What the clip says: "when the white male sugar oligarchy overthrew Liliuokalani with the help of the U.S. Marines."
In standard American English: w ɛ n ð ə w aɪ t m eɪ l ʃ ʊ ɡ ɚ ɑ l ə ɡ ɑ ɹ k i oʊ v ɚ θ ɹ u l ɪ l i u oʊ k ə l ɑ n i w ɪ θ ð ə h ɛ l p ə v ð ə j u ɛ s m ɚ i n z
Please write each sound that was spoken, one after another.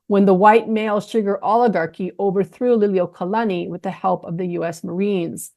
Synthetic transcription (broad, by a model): w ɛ n ð ə w aɪ t m eɪ l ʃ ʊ ɡ ɚ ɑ l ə ɡ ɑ ɹ k i oʊ v ɚ θ ɹ u l ɪ l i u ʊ k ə l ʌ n i w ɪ ð ə h ɛ l p ə v ð ə j u ɛ s m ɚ i n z